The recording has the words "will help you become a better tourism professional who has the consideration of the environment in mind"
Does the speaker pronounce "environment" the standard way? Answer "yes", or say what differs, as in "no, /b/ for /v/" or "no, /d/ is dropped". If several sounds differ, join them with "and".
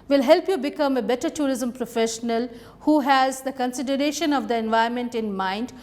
no, /ɹ/ is dropped